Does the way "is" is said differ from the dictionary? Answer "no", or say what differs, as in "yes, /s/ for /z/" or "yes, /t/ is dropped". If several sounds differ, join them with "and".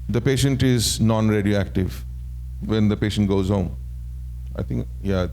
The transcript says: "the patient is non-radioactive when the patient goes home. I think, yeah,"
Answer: no